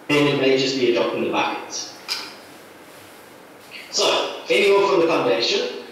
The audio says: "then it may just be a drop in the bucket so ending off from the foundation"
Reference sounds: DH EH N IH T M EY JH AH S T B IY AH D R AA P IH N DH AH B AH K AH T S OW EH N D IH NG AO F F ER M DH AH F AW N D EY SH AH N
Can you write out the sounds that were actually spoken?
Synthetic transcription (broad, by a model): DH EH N IH T M EY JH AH S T B IY AH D AA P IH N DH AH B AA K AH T S OW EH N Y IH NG AO F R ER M DH AH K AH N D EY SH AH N